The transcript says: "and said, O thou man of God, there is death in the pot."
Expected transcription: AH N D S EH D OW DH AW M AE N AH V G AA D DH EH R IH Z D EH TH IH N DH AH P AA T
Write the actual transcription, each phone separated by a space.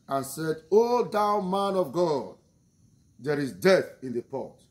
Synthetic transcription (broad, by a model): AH N S EH D OW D AW M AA N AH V G AA D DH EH R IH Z D EH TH IH N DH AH P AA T